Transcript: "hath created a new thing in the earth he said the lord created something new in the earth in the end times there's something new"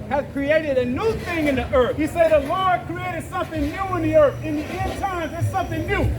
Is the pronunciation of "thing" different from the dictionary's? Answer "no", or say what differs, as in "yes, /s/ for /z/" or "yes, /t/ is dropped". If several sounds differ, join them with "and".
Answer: no